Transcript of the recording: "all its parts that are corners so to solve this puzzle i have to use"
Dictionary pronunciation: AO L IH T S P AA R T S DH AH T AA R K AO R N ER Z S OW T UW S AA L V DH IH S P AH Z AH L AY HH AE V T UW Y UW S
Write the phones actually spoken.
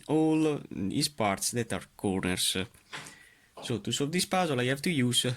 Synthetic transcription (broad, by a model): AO L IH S P AA R T S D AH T AA R K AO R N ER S S OW T UW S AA V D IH S P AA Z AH L AY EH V T UW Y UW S